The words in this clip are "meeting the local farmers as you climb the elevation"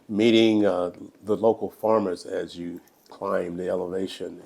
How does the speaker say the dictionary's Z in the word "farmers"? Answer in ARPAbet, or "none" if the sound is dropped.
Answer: Z